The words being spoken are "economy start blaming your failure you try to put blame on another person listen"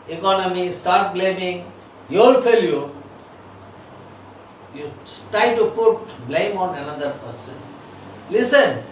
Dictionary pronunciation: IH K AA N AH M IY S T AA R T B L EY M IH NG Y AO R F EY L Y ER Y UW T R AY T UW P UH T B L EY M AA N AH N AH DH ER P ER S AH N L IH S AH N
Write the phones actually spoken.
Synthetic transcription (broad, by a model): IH K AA N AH M IY S T AA R T B L EY M IH NG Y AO L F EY L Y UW Y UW T R AY T UW P UH T B L EY M AA N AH N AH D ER P ER S AH N L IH S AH N